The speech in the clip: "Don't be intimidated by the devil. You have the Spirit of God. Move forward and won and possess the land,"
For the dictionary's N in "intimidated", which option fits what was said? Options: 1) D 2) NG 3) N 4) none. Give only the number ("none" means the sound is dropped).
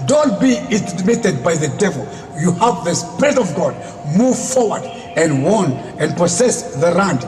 4